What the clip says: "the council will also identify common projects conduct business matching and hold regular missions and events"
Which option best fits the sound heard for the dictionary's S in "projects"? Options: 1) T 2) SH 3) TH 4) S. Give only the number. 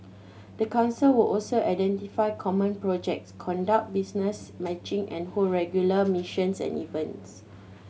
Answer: 4